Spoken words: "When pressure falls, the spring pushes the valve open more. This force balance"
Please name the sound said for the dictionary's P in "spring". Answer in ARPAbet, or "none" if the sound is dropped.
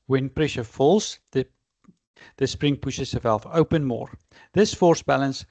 P